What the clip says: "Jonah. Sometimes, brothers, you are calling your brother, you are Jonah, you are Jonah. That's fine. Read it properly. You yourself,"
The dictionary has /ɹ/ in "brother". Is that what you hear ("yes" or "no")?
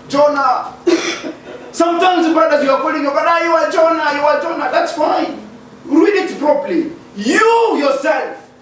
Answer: no